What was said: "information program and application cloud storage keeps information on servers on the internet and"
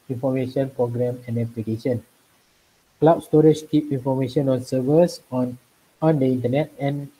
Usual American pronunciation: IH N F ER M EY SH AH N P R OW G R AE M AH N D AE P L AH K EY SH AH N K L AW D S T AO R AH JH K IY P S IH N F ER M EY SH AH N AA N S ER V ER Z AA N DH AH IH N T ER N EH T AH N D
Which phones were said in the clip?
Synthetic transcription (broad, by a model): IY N F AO M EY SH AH N P R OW G R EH M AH N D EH P L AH K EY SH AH N K L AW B S T AO R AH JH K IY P IY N F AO M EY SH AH N AA N S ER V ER S AA N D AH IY N T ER N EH T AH N